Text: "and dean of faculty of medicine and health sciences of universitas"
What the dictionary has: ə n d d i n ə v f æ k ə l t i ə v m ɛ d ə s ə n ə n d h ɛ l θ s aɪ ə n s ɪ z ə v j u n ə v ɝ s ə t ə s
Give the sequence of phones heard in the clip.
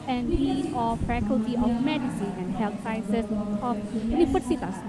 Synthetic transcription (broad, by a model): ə n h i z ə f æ k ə l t i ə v m ɛ d ə s ə n ə n d h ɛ l t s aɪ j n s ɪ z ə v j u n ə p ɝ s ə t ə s